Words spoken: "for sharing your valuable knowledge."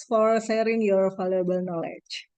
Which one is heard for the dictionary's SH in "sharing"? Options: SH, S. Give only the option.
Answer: S